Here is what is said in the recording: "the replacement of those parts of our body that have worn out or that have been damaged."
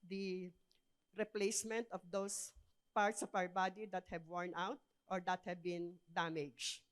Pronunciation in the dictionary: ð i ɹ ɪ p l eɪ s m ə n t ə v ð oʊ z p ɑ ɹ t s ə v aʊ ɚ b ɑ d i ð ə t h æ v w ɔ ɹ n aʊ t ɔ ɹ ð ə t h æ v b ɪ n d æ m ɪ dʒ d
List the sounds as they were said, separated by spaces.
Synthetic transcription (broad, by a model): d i ɹ ɪ p l eɪ s m ə n t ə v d oʊ s p ɑ ɹ t s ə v aʊ ɚ b ɑ d i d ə t h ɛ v w ɔ ɹ n aʊ t ɔ ɹ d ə t h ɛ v b ɪ n d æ m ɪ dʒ